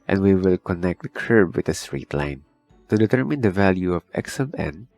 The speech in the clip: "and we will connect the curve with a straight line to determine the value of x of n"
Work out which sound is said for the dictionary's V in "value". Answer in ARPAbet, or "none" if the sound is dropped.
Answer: V